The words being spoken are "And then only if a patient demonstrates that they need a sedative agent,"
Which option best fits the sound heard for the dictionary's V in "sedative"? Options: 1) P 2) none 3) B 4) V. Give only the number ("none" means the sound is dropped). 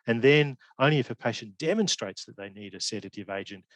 4